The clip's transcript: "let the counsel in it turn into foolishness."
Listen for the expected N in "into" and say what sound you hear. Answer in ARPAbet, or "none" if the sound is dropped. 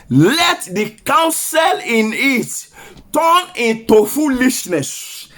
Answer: N